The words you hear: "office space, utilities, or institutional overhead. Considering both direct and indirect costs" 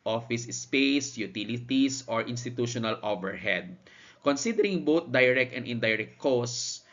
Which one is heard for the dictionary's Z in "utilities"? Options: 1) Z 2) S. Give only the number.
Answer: 2